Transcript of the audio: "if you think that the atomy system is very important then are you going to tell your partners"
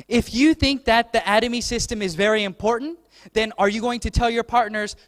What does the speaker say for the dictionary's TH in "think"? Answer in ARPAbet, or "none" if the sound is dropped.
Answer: TH